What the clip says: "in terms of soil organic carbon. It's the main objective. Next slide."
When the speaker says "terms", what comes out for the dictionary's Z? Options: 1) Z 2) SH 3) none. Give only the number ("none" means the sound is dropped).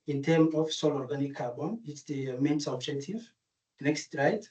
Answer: 3